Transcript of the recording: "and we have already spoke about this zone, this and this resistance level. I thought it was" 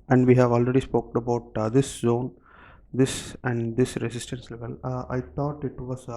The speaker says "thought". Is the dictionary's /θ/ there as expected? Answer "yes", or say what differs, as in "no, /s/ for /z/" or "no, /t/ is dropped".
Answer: no, /t/ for /θ/